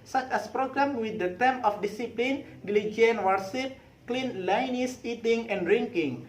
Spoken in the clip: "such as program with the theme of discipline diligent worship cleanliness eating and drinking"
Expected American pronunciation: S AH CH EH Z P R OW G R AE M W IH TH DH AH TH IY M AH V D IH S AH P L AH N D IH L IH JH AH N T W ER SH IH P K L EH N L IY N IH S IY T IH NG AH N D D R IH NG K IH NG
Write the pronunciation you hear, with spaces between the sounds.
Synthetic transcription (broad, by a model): S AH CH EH S P R OW G R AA M W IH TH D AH T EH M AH F D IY S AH P L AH N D L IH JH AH N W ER S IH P K L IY N L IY N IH S IY T IH NG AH N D D R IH NG K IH NG